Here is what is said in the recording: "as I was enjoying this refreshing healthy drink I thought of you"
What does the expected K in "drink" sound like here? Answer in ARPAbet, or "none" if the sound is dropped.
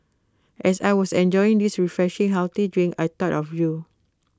none